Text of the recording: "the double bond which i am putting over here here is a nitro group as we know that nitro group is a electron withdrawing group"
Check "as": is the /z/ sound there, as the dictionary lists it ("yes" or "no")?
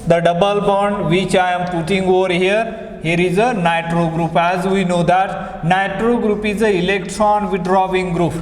yes